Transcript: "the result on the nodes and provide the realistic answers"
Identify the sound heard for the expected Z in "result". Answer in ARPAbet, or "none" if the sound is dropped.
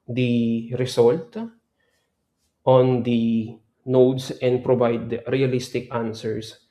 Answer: S